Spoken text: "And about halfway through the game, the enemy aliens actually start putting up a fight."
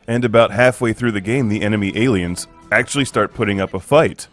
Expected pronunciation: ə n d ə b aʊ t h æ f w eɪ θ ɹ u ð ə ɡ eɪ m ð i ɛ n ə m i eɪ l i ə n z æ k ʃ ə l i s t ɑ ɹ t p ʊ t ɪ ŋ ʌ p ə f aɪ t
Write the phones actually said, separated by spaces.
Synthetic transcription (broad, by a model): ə n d ə b aʊ t h æ f w eɪ θ ɹ u ð ə ɡ eɪ m ð i ɛ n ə m i eɪ l i ə n z æ k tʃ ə l i s t ɑ ɹ t p ʊ t ɪ ŋ ʌ p ə f aɪ t